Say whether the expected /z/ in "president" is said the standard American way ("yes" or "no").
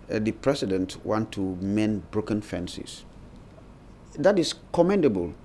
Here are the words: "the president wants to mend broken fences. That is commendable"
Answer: no